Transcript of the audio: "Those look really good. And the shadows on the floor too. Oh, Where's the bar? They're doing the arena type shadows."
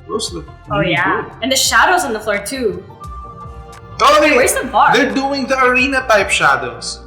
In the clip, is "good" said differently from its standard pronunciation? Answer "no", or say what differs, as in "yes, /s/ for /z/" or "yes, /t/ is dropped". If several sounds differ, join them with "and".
yes, /d/ is dropped